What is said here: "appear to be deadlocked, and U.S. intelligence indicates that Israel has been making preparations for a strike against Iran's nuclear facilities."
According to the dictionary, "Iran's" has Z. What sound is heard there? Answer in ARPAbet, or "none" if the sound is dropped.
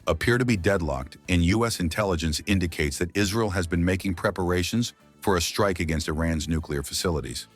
Z